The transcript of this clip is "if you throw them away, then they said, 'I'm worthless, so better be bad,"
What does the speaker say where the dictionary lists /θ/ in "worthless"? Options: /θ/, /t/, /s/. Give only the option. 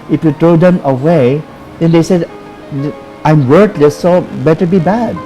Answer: /t/